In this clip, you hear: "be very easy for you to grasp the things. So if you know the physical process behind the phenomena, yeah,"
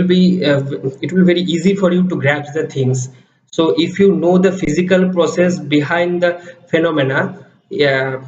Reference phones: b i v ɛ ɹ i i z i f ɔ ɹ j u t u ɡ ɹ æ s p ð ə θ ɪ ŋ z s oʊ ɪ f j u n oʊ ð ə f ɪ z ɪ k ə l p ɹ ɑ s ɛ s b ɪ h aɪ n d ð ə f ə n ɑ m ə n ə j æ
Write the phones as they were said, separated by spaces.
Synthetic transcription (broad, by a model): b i v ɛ ɹ i i z i f ɔ ɹ j u t u ɡ ɹ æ p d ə t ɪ ŋ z s oʊ ɪ f j u n oʊ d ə f ɪ z ɪ k ə l p ɹ ɑ s ɛ s b ɪ h aɪ n d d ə f ə n ɑ m ə n ə